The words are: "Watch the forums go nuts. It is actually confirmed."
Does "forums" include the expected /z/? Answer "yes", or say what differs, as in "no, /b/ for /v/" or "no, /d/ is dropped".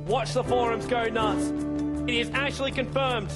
yes